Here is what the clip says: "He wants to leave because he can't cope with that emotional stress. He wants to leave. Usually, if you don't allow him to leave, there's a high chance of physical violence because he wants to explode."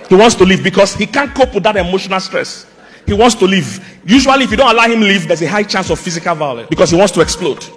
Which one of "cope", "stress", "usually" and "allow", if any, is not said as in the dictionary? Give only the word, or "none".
usually